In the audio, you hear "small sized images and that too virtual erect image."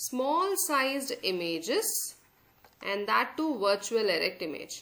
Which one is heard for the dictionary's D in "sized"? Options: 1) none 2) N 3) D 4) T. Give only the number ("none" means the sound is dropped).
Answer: 3